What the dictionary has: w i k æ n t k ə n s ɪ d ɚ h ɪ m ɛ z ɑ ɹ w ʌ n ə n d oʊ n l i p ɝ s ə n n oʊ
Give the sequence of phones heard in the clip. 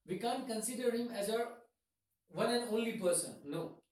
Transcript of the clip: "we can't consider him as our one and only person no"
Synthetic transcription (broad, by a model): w i k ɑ n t k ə n s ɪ d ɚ h ɪ m ɛ z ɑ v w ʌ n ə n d oʊ n l i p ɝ s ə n n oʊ